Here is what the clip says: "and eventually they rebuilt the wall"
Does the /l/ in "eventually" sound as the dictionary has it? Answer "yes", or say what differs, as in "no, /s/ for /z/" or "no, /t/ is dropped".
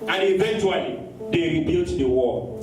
yes